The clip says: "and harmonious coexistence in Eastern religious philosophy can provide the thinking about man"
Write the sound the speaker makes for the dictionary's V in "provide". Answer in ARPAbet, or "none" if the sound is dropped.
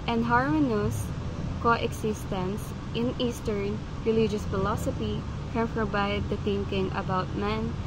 B